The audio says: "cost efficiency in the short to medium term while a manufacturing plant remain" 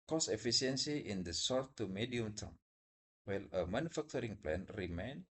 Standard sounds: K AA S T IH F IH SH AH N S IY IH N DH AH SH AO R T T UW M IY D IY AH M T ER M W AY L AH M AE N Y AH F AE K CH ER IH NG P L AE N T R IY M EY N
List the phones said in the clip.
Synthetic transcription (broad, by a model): K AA S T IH F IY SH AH N S IY IH N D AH S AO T T UW M IY D IY AH M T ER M W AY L AH M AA N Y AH F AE K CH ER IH NG P L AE N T R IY M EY N